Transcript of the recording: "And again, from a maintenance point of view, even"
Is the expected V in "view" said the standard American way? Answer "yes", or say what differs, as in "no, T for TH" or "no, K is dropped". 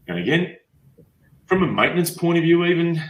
yes